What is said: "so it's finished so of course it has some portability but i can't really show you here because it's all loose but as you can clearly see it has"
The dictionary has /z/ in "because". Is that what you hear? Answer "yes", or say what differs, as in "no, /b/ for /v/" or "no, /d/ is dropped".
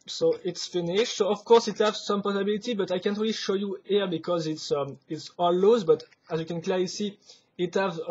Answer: yes